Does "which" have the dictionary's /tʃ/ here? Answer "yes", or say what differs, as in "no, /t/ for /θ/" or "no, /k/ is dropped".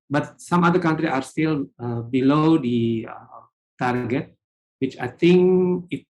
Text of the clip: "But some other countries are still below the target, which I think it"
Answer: yes